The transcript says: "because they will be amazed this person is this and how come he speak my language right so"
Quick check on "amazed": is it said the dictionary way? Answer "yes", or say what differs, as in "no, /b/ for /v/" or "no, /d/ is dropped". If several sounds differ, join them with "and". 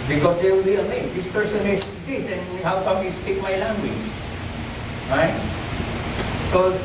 no, /s/ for /z/